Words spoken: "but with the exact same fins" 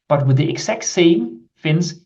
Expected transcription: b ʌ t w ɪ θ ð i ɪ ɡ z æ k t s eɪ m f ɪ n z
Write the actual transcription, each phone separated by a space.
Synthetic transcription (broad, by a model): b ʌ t w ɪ ð i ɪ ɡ s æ k t s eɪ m f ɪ n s